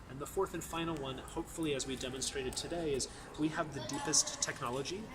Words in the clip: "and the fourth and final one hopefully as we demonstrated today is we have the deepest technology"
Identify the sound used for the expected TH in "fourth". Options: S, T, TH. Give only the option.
TH